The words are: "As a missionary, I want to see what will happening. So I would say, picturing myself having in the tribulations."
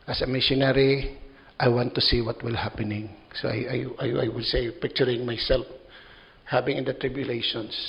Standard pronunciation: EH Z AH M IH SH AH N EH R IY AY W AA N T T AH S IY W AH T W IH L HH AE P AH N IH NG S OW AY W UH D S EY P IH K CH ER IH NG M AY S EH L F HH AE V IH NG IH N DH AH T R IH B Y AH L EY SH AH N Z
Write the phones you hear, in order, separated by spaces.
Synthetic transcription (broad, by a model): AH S AH M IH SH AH N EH R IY AY W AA N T T AH S IY W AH T W IH L HH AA P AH N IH NG S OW AY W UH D S EY P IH K CH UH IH NG M AY S EH L F HH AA B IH NG IH N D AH T R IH B Y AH L EY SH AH N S